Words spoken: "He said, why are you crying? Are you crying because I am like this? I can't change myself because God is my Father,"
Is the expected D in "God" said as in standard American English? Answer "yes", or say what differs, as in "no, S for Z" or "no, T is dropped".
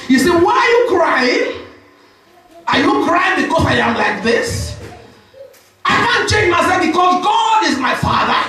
yes